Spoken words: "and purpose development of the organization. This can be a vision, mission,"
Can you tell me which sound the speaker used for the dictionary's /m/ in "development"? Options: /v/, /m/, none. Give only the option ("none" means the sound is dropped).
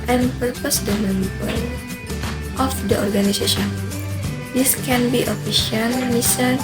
none